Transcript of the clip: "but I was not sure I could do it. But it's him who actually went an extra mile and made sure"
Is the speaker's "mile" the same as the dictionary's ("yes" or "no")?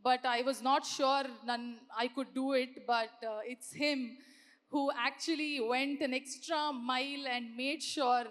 yes